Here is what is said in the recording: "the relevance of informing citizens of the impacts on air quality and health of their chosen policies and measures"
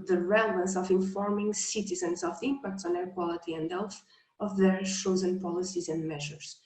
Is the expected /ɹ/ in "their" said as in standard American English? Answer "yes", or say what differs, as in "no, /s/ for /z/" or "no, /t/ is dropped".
yes